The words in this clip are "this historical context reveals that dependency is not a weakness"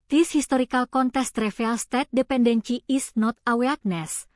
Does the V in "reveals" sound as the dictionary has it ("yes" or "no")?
no